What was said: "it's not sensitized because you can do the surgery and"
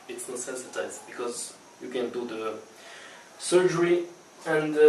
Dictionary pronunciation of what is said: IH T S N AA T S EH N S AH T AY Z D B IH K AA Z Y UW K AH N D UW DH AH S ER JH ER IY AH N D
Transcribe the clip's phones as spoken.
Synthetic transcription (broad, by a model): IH T S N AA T S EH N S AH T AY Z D B IH K AA Z Y UW K AH N D UW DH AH S ER JH ER IY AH N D